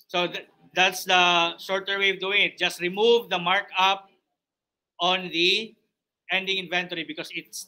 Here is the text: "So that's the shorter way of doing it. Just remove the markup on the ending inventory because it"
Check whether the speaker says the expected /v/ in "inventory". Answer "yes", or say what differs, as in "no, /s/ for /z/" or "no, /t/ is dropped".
yes